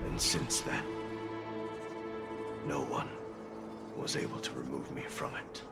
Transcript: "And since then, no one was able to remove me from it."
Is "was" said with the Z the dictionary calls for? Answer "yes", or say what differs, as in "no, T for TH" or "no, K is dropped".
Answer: yes